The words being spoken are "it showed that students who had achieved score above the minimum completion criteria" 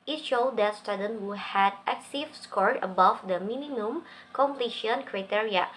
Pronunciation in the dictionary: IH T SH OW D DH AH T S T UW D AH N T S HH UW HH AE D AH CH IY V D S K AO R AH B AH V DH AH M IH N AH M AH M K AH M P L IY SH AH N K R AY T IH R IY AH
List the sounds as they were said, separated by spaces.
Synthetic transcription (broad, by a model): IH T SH OW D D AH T S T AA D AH N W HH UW HH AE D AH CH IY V S K AO R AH B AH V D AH M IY N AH M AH M K AH M P L IY SH AH N K R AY T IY R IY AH